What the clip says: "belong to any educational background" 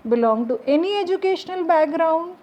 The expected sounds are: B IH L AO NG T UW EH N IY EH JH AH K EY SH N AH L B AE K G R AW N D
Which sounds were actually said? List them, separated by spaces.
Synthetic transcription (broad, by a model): B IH L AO NG T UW EH N IY EH JH AH K EY SH N AH L B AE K G R AW N D